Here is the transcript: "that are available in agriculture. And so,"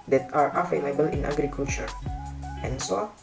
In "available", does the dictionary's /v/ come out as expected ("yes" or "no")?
no